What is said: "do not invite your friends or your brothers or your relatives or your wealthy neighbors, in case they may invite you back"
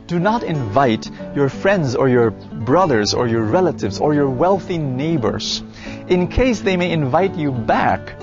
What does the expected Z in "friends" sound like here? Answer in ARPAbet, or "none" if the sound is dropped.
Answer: Z